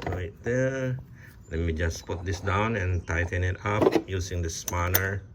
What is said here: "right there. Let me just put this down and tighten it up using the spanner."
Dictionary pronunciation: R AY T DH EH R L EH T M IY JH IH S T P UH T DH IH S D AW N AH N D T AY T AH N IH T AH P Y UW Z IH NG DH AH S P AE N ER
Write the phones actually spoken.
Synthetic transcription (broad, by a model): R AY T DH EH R L EH T M IY JH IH S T P UH T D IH S D AW N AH N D T AY T AH N IH T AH P Y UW S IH NG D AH S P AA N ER